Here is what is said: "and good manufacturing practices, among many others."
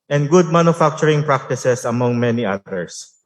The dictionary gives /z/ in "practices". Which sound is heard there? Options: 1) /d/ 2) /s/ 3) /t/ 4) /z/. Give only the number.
2